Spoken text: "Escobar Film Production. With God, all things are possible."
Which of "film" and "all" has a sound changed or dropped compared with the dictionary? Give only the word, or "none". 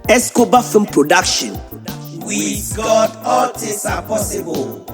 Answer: film